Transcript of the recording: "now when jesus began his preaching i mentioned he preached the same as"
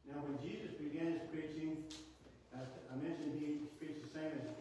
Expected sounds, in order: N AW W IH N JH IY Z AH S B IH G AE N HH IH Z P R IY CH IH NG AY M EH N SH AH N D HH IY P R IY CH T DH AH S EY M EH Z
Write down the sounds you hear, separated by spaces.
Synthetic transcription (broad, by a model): N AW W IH N JH IY Z AH S B IH G AE N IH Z P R IY CH IH NG AY M EH N SH AH N D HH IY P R IY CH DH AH S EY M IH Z